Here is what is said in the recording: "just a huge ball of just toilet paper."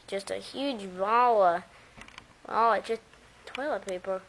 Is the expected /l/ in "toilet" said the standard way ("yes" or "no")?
yes